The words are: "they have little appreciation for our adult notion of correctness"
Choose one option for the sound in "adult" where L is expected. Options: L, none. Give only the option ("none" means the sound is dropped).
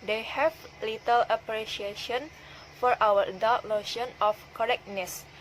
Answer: none